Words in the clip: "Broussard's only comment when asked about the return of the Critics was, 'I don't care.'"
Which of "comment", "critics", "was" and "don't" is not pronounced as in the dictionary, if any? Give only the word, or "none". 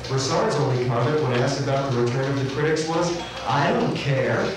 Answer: comment